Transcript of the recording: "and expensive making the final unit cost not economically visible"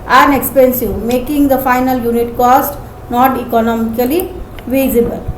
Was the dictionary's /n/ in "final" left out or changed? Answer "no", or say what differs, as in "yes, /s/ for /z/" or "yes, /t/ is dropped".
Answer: no